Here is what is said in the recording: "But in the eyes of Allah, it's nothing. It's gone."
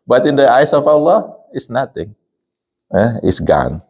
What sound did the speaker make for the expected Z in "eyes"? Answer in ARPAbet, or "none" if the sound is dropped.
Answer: S